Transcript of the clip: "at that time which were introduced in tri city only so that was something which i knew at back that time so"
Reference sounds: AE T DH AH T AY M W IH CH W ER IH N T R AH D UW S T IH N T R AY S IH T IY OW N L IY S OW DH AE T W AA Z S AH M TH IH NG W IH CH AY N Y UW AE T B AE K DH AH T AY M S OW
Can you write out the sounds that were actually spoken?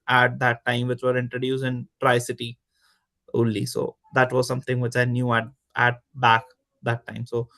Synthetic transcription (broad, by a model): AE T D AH T AY M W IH CH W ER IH N T R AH D UW S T IH N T R AY S IH T IY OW L IY S OW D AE T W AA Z S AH M T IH NG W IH CH AY N Y UW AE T B AE K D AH T AY M S OW